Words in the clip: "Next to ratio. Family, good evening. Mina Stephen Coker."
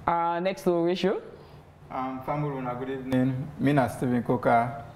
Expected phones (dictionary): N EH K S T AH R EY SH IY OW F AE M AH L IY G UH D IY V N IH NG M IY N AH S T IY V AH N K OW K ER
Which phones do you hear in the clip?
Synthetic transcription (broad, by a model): N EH K S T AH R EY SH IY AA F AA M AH N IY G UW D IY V N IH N M IY N AH S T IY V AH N K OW K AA